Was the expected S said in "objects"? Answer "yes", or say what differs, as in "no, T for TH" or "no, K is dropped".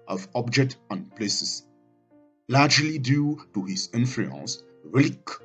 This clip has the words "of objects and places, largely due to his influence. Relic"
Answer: no, S is dropped